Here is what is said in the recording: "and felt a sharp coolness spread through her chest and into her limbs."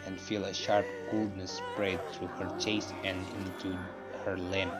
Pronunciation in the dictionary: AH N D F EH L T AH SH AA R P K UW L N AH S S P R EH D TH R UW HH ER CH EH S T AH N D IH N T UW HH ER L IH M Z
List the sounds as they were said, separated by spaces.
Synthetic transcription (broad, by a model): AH N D F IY L AH SH AA R P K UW L N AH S S P R EH D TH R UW HH ER CH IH S AH N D IH N T UW HH ER L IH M